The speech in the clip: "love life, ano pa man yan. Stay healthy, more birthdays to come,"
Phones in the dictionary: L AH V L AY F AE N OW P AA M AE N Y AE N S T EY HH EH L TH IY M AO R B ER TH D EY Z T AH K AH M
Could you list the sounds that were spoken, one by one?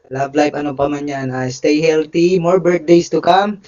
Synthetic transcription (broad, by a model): L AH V L AY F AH N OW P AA M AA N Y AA N S T EY HH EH L T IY M AO R B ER T D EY S T AH K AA M